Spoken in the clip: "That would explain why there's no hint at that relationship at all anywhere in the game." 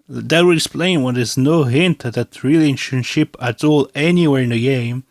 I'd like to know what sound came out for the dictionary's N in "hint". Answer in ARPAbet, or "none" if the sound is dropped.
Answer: N